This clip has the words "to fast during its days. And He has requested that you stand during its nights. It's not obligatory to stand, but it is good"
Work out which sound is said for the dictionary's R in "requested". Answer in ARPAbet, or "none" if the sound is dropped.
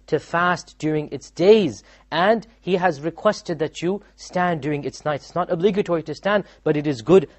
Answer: R